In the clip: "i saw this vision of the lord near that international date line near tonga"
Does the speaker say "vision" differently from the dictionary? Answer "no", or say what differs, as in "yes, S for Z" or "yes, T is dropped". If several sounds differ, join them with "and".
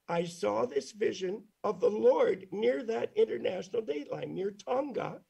no